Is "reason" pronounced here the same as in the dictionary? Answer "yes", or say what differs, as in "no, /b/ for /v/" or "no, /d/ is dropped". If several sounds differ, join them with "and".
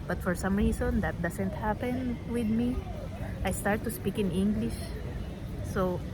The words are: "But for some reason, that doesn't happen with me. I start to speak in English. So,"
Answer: no, /s/ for /z/